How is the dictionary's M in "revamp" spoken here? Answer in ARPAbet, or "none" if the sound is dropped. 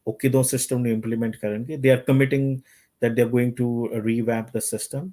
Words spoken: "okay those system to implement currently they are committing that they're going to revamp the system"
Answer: none